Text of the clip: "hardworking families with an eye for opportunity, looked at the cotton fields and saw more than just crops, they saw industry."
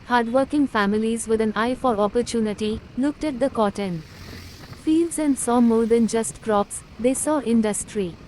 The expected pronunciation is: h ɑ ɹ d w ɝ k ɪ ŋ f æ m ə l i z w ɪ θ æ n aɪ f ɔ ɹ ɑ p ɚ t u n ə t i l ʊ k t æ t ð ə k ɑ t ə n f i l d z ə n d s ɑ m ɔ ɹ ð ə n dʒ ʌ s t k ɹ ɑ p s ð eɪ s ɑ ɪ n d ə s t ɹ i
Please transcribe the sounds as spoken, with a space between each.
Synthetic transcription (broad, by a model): h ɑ ɹ d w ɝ k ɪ ŋ f æ m ə l i z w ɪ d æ n aɪ f ɔ ɹ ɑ p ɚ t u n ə t i l ʊ k t æ t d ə k ɑ t ə n f i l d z ə n d s ɑ m ɔ ɹ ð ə n dʒ ʌ s t k ɹ ɑ p s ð eɪ s ɑ ɪ n d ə s t ɹ i